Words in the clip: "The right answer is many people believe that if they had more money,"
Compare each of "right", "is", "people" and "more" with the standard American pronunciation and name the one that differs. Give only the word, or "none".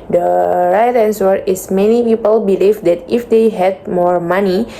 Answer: is